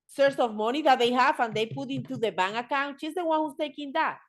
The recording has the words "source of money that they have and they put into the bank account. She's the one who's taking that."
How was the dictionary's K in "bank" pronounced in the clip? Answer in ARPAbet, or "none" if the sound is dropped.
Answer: none